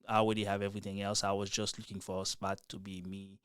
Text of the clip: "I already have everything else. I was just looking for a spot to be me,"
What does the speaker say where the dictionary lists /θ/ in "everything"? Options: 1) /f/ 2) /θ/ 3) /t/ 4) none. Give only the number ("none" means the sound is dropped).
2